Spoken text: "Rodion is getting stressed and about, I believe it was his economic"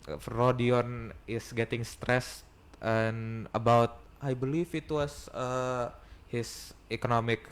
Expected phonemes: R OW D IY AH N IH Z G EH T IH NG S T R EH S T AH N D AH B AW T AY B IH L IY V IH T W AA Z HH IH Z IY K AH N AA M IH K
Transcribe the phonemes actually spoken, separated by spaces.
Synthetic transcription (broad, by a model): R OW D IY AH N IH S G EH T IH NG S T R EH S T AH N AH B AW T AY B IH L IY F IH T W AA S HH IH S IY K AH N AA M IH K